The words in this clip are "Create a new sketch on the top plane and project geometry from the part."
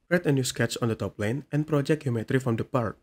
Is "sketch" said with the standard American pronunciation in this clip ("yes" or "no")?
no